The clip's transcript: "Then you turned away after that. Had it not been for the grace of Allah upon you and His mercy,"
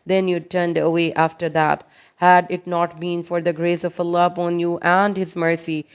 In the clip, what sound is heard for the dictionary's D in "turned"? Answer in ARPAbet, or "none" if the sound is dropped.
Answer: D